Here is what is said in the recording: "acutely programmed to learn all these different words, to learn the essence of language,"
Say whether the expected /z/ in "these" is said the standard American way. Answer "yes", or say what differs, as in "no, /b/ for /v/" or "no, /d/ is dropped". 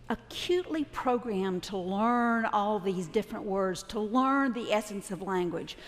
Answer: yes